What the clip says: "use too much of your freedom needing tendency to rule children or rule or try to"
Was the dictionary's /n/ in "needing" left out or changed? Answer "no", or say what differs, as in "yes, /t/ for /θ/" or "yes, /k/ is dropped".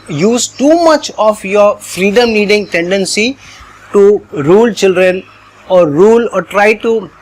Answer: yes, /l/ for /n/